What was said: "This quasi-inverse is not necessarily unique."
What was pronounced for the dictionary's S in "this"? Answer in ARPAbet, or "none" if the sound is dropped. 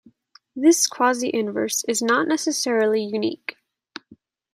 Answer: S